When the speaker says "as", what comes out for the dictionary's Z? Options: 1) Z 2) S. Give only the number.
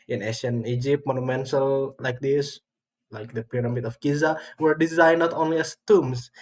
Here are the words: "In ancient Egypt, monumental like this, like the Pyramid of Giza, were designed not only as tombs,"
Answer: 2